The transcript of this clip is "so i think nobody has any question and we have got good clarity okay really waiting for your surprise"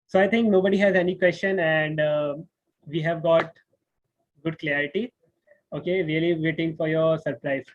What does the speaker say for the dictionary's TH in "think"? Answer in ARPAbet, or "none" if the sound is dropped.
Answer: T